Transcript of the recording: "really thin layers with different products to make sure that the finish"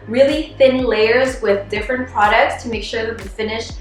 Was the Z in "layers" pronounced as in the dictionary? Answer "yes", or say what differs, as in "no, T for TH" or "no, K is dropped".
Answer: yes